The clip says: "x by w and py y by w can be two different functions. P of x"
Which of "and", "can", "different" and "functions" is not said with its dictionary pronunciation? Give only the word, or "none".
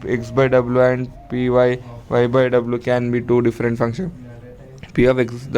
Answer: functions